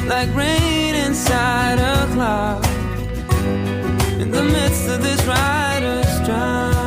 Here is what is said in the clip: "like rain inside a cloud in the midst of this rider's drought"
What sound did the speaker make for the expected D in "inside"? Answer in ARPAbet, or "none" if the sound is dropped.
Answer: D